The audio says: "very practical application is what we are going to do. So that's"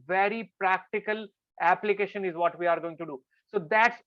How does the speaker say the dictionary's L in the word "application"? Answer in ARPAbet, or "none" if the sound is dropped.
L